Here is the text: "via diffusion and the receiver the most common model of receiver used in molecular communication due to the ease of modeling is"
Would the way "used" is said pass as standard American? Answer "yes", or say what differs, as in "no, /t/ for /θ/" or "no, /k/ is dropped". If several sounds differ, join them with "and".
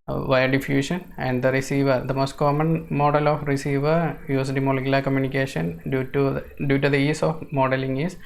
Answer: no, /s/ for /z/